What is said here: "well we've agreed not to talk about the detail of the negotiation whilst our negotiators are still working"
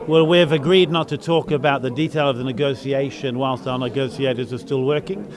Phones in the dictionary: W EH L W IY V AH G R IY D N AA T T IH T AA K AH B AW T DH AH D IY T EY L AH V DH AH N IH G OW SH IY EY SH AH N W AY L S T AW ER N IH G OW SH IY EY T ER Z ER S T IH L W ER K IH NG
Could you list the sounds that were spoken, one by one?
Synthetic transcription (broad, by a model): W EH L W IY V AH G R IY D N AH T T IH T AA K AH B AW T DH AH D IY T EY L AH V DH AH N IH G OW S IY EY SH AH N W AY L S T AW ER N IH G OW S IY EY T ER Z ER S T IH L W ER K IH NG